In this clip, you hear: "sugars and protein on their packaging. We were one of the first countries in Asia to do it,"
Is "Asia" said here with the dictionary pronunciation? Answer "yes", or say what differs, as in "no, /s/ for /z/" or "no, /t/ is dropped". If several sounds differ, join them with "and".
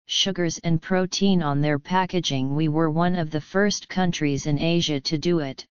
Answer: yes